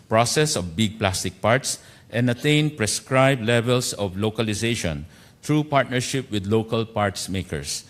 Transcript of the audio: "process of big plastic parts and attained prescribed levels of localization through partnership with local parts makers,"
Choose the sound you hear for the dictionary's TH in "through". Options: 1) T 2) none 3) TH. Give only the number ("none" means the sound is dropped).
1